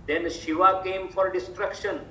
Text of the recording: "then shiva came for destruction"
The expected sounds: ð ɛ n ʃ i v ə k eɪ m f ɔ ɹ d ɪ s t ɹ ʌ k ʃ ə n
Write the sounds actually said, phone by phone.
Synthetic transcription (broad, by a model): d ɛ n ʃ i v ə k eɪ m f ɔ ɹ d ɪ s t ɹ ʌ k ʃ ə n